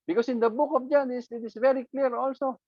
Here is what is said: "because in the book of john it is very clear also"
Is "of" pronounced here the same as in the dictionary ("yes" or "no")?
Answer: no